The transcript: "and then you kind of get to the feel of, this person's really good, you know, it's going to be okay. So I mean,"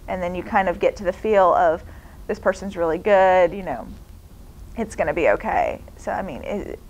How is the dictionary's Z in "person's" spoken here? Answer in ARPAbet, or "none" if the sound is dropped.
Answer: Z